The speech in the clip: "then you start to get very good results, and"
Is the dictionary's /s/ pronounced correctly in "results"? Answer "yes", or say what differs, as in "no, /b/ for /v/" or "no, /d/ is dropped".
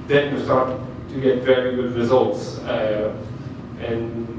yes